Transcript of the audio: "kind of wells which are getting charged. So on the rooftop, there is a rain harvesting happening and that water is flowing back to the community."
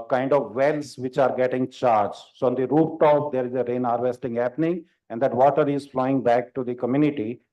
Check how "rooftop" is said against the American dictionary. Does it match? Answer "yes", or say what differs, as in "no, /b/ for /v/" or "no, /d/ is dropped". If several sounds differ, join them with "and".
no, /f/ is dropped